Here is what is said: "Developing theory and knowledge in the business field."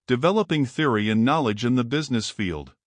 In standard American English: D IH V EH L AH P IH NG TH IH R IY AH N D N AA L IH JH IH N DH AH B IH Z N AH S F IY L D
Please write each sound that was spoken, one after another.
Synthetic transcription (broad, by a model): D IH V EH L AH P IH NG TH IH R IY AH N N AA L IH JH IH N DH AH B IH Z N AH S F IY L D